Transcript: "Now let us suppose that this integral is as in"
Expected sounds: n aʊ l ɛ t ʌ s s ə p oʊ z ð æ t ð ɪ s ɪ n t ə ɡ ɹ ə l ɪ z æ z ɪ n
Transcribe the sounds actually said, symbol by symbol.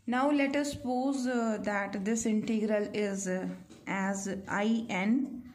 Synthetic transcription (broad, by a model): n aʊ l ɛ t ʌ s s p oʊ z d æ t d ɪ s ɪ n t ə ɡ ɹ ə l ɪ z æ z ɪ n